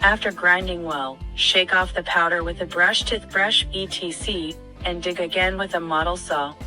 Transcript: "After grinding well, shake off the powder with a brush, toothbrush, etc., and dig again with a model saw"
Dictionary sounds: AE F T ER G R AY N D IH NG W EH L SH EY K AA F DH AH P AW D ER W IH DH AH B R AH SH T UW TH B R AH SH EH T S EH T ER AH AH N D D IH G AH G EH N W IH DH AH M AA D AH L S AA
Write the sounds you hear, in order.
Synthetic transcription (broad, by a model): AE F T ER G R AY N D IH NG W EH L SH EY K AA F DH AH P AW D ER W IH DH AH B R AH SH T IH T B R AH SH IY T IY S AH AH N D D IH G AH G EH N W IH DH AH M AA D L S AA